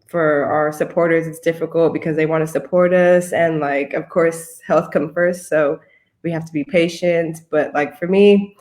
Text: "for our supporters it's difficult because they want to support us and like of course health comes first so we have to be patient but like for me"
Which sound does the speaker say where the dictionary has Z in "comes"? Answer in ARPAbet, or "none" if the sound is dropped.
none